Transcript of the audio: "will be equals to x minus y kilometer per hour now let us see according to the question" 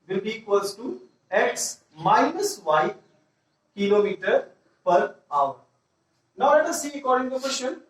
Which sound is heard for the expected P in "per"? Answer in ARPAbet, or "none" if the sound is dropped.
P